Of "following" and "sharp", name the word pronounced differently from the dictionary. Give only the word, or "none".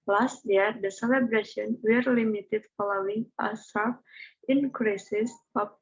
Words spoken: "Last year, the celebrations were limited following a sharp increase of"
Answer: sharp